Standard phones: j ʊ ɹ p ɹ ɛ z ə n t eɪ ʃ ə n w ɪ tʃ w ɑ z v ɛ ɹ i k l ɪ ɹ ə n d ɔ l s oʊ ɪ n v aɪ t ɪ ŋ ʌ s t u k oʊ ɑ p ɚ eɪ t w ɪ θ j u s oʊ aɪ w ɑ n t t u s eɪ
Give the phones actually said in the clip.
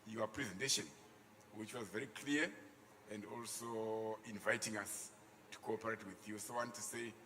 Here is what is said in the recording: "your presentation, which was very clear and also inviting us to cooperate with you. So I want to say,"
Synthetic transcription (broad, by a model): j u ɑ p ɹ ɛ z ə n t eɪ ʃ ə n w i tʃ w ɑ z v ɛ ɹ i k l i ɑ ə n d ɔ l s oʊ ɪ n v aɪ t ɪ ŋ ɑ s t u k oʊ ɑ p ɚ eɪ t w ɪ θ j u s oʊ w ɑ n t t u s eɪ